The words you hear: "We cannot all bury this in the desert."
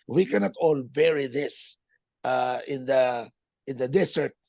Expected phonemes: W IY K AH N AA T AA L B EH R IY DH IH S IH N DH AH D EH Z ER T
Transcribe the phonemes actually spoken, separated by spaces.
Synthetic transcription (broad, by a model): W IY K AH N AA T AA L B EH R IY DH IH S IH N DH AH D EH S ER T